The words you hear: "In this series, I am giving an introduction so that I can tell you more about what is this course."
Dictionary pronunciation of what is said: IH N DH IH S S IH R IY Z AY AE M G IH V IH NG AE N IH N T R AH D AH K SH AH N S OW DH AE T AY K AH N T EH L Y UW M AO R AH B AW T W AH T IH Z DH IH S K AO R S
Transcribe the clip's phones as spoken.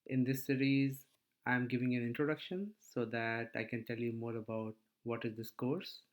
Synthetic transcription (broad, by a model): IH N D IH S S IH R IY Z AY M G IH V IH NG AE N IH N T R AH D AH K SH AH N S OW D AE T AY K AH N T EH L Y UW M AO R AH B AW T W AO T IH Z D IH S K AO R S